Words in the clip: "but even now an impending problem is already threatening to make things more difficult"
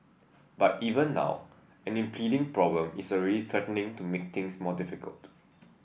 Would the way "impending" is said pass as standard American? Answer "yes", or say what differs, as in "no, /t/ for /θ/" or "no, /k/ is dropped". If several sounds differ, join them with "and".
no, /n/ is dropped